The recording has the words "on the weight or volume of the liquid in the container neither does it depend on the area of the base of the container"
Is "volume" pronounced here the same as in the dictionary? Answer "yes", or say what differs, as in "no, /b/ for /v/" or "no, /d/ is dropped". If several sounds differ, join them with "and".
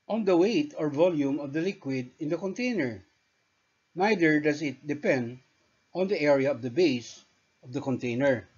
yes